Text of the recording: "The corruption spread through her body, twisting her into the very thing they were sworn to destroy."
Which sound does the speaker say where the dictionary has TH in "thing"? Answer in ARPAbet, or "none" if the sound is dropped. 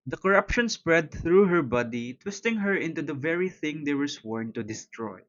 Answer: TH